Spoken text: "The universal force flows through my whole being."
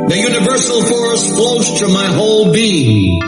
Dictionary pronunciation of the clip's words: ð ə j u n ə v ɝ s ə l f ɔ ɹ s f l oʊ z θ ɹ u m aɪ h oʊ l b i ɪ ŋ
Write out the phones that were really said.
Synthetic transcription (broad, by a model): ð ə j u n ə v ɝ s l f ɔ ɹ s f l oʊ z t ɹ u m aɪ h oʊ l b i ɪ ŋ